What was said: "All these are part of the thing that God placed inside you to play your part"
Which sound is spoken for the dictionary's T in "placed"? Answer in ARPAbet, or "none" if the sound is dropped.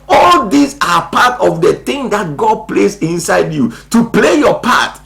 none